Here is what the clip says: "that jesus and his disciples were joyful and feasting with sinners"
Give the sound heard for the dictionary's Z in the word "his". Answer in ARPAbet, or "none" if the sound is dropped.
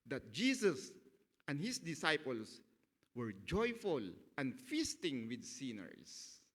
S